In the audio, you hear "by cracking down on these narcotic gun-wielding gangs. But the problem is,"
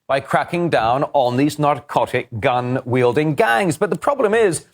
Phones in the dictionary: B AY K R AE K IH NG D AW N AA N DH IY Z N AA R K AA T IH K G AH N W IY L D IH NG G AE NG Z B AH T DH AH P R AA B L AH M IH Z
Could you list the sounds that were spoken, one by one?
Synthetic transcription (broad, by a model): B AY K R AE K IH NG D AW N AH N DH IY Z N AA R K AA T IH K G AH N W IY L D IH NG G AE NG Z B AH T DH AH P R AA B L AH M IH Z